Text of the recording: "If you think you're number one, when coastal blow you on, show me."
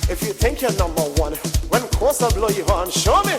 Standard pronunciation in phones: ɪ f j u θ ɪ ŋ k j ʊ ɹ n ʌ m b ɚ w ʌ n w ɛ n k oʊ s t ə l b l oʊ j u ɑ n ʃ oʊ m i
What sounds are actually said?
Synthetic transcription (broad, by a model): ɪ f j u θ ɪ ŋ k j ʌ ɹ n ʌ m b ɚ w ʌ n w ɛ n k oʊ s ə b l oʊ j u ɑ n ʃ oʊ m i